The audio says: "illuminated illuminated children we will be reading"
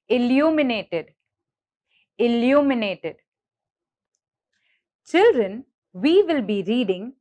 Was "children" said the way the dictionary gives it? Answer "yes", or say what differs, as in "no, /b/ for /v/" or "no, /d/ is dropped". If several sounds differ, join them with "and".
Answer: yes